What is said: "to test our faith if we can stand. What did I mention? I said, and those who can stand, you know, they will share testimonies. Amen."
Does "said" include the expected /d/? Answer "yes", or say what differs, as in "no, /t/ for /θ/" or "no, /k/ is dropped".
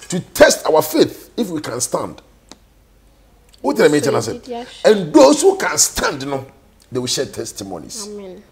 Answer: no, /d/ is dropped